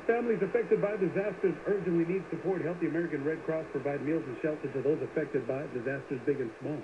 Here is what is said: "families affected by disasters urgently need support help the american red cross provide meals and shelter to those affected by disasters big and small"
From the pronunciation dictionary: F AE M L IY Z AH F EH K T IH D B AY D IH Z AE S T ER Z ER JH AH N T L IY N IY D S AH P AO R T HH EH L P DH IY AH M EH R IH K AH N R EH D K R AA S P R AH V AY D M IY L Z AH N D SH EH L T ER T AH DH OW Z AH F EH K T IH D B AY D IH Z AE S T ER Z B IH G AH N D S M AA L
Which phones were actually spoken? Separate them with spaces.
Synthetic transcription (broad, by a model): F AE M L IY Z AH F EH K T IH D B AY D IH Z AE S T ER Z ER JH AH N T L IY N IY D S AH P AO R T HH EH L P DH IY AH M EH R IH K AH N R EH D K R AA S P R AH V AY D M IY L Z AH N SH EH L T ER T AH DH OW Z AH F EH K T IH D B AY D IH Z AE S T ER Z B IH G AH N S M AA L